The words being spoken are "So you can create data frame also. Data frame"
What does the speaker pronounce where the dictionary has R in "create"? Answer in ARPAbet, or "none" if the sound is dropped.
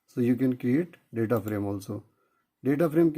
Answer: none